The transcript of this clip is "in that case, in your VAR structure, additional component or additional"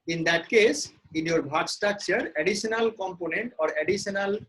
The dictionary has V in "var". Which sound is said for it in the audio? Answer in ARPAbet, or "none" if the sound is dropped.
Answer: B